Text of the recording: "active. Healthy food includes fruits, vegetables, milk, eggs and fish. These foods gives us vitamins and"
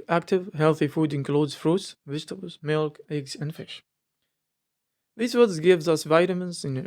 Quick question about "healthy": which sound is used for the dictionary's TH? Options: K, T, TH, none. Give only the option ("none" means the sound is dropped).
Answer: TH